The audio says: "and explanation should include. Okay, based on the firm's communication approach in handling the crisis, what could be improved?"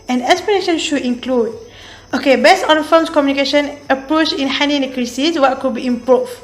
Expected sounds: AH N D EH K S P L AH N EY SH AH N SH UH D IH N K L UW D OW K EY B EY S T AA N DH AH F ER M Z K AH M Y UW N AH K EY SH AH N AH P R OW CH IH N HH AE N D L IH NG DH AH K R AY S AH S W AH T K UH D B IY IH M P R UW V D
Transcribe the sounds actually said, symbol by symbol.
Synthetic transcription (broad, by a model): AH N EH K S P AH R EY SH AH N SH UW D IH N K L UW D OW K EY B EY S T AA N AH F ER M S K AH M Y UW N AH K EY SH AH N AH P R OW CH IH N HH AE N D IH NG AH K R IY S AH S W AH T K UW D B IY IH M P R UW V